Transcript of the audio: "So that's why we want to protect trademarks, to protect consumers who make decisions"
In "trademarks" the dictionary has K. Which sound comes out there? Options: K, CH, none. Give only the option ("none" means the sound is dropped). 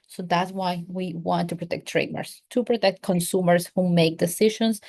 none